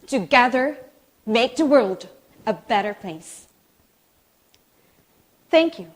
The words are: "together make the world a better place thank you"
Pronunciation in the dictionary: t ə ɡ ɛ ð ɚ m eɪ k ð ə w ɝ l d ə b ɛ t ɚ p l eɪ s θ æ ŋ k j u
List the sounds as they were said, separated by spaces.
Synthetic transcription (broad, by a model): t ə ɡ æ ð ɚ m eɪ k ð ə w ɝ l d ə b ɛ t ɚ p l eɪ s θ æ ŋ k j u